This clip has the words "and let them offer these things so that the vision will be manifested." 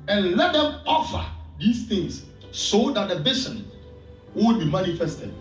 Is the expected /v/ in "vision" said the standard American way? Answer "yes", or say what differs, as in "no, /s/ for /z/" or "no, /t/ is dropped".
no, /b/ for /v/